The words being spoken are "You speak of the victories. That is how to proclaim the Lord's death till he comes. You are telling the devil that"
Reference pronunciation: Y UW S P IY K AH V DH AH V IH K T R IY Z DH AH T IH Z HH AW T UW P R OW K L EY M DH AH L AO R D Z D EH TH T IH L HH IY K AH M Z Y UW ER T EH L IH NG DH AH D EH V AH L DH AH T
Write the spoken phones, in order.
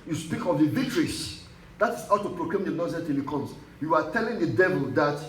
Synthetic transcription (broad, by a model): Y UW S P IY K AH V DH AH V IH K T R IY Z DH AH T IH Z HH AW T UW P R OW K L EY M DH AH N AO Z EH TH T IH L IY K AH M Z Y UW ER T EH L IH NG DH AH D EH V AH L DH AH T